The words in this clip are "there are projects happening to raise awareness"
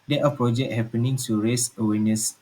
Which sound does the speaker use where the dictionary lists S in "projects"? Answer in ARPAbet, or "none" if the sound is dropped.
none